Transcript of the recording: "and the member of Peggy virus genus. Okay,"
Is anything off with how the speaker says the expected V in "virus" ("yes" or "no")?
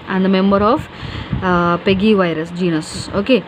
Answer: no